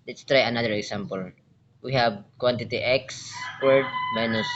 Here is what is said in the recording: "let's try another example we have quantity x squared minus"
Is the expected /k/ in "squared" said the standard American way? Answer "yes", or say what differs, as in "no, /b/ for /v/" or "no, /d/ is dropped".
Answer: no, /k/ is dropped